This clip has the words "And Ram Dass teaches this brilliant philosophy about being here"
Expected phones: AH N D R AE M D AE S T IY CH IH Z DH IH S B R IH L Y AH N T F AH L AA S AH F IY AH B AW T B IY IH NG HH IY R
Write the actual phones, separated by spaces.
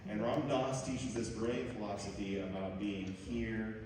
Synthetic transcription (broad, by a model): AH N R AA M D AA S T IY CH IH Z DH IH S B R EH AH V F AH L AA S AH F IY AH B AW T B IY IH NG HH IY R